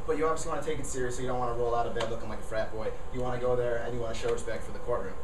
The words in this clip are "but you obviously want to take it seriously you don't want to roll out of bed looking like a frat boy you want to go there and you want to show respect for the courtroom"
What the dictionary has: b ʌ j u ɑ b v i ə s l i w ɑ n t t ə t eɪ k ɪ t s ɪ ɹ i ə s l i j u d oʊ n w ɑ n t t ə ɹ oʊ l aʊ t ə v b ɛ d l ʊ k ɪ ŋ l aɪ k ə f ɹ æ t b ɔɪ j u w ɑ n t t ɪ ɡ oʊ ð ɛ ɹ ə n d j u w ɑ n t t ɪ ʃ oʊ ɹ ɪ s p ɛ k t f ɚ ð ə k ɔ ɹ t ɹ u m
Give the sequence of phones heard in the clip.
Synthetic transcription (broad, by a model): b ʌ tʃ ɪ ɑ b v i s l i w ɑ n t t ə t eɪ k ɪ t s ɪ ɹ i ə s i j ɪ d oʊ n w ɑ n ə ɹ oʊ l aʊ t ə v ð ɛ l ʊ k ɪ ŋ l aɪ k ə f ɹ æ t b ɔɪ j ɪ w ɑ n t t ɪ ɡ oʊ ð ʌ ɹ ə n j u w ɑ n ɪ ʃ oʊ ɹ ɪ s p ɛ k t f ɚ ð ə k ɔ ɹ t ɹ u m